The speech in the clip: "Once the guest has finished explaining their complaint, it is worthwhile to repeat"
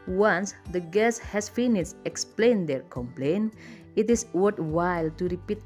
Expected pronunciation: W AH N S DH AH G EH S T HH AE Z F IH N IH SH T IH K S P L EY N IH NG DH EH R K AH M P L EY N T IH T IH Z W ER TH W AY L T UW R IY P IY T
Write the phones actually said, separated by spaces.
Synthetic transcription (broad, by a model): W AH N S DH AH G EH S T HH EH S F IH N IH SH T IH K S P L EY N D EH R K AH M P L EY N IH T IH S W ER T W AY L T UW R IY P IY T